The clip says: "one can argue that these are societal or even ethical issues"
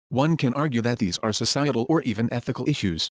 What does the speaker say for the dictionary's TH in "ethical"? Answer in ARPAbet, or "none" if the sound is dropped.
TH